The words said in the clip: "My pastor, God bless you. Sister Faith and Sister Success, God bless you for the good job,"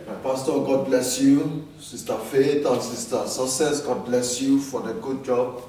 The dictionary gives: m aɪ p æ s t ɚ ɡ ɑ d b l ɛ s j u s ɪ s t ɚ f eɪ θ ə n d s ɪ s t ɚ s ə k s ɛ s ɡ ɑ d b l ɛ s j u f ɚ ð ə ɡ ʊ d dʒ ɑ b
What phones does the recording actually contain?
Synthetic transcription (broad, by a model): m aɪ p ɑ s t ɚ ɡ ɑ d b l ɛ s j u s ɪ s t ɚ f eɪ t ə s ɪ s t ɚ s ə k s ɛ s ɡ ɑ d b l ɛ s j u f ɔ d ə ɡ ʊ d dʒ ɑ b